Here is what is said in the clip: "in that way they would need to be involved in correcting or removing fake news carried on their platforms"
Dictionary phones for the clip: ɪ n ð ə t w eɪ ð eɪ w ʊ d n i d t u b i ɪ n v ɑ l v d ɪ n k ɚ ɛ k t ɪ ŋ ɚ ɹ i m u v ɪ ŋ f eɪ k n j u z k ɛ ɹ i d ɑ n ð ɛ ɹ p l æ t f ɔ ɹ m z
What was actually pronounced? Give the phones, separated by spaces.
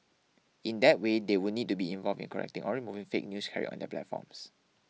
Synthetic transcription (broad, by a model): ɪ n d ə t w eɪ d eɪ w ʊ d n i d t u b i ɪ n v ɑ l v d ɪ n k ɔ ɛ k t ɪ ŋ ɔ ɹ i m u v ɪ ŋ f eɪ k n j u s k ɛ ɹ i ɑ n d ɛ p l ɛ t f ɔ m s